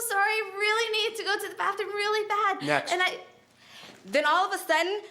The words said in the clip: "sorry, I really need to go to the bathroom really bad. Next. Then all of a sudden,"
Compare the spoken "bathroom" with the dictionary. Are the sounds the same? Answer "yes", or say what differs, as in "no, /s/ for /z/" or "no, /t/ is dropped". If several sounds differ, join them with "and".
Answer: no, /ɹ/ is dropped